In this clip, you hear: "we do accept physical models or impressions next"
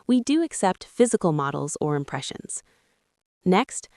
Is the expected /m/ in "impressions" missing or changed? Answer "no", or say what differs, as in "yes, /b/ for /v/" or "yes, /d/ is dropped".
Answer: no